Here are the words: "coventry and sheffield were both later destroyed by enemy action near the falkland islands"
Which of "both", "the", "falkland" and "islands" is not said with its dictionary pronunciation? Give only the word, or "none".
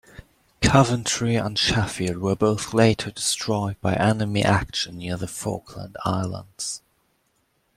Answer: none